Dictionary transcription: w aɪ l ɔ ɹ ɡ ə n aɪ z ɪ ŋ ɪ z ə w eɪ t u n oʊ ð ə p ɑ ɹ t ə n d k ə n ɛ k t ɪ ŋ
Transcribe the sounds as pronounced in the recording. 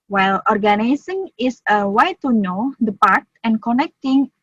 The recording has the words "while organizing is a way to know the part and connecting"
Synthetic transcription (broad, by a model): w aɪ l ɔ ɹ ɡ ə n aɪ s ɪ ŋ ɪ s ə w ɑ t u n oʊ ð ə p ɑ ɹ t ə n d k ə n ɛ k t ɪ ŋ